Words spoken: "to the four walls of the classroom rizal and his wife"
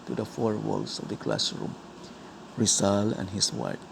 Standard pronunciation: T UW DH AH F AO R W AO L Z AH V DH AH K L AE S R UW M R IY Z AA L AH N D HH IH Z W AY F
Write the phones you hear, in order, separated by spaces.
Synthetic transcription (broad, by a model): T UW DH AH F AO R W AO L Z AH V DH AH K L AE S R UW M R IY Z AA L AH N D HH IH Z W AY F